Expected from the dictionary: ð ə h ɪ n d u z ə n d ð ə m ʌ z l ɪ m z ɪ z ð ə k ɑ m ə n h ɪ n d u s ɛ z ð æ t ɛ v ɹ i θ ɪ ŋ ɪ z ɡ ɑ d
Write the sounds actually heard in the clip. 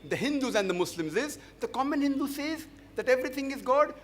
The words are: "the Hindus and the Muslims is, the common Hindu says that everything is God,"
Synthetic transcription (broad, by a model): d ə h ɪ n d u z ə n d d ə m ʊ s l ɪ m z ɪ z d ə k ɑ m ə n h ɪ n d u s ɛ z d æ t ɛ v ɹ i t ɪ ŋ ɪ z ɡ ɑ d